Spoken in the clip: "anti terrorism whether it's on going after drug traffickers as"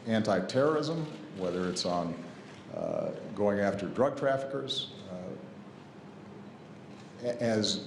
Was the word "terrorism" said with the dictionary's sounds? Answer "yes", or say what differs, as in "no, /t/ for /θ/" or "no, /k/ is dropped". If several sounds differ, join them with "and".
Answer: yes